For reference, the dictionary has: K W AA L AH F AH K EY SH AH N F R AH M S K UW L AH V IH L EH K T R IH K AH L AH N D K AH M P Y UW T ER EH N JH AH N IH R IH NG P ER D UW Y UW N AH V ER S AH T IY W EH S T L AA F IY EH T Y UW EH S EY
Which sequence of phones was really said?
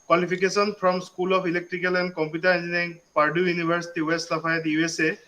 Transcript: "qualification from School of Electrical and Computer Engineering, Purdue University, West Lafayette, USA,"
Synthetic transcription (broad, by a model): K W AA L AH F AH K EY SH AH N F R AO M S K UW L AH P IH L EH K T R IH K AH L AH N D K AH M P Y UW T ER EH N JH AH N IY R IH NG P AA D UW Y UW N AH B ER S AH T IY W EH S T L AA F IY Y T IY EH S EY